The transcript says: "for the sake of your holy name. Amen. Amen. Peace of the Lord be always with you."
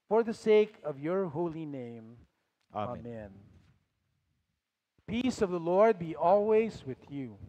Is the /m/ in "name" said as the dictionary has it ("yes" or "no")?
no